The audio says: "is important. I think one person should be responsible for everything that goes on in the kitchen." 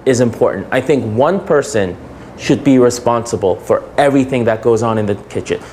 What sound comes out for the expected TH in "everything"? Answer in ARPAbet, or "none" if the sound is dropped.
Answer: TH